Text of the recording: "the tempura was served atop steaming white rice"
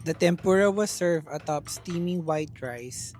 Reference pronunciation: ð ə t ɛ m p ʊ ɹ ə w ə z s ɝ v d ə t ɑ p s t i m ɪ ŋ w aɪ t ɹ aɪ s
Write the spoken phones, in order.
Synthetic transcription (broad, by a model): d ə t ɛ m p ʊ ɹ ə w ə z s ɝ v ə t ɑ p s t i m ɪ ŋ w aɪ t ɹ aɪ s